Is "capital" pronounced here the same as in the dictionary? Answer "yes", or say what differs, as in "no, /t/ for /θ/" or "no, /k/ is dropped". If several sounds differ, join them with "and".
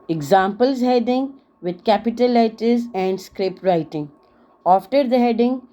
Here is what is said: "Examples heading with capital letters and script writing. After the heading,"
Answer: yes